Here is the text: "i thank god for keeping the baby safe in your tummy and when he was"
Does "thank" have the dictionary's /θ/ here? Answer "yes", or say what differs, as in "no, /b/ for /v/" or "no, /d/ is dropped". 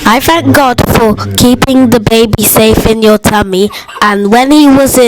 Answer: yes